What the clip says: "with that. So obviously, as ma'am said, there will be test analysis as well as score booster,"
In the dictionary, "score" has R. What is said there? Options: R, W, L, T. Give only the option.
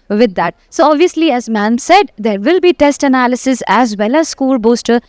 L